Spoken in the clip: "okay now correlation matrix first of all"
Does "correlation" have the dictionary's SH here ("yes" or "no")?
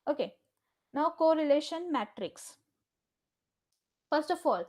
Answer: yes